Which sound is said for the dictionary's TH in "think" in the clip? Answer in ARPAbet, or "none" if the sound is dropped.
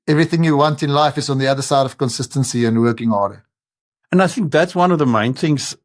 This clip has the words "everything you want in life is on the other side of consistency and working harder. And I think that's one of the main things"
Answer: TH